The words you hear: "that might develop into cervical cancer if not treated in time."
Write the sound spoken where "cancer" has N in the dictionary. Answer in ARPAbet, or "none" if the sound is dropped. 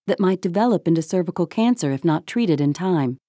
N